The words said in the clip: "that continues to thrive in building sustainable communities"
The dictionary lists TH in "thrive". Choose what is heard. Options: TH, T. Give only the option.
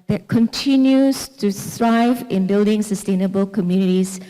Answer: T